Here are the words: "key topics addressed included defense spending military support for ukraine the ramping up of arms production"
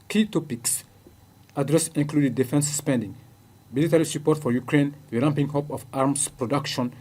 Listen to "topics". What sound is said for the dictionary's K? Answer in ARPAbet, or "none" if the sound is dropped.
K